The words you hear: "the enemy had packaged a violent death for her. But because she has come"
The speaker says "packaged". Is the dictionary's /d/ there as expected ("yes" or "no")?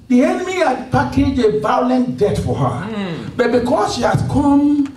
no